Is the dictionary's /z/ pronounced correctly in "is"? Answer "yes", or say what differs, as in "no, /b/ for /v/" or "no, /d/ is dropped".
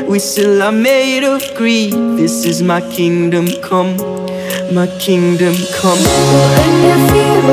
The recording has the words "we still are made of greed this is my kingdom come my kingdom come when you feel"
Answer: yes